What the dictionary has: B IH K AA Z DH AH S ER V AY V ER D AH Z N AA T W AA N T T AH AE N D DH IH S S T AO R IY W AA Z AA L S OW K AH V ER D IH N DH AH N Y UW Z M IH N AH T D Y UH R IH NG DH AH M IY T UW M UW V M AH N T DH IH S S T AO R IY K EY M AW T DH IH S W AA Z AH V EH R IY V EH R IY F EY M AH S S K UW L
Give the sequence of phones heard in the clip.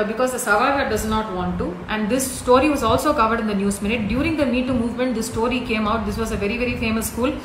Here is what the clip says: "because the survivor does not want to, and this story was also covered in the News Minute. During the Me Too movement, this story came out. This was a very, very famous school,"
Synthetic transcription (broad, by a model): B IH K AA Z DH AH S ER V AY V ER D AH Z N AA T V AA N T T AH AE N D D IH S S T AO R IY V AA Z AA L S OW K AH V ER D IH N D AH N Y UW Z M IH N AH T D Y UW R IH NG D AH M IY T UW M UW V M AH N T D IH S S T AO R IY K EY M AW T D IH S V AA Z AH V EH R IY V EH R IY F EY M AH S S K UW L